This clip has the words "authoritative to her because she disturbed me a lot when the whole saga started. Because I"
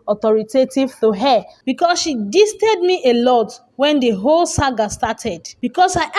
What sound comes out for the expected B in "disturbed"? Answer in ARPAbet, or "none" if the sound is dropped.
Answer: none